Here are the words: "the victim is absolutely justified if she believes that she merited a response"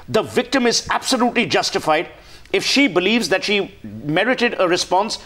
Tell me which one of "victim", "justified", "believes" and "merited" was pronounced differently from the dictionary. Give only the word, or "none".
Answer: none